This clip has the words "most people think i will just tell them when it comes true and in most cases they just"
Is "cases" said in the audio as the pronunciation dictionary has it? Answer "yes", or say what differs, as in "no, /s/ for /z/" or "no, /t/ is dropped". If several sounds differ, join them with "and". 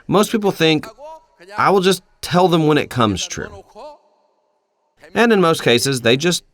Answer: yes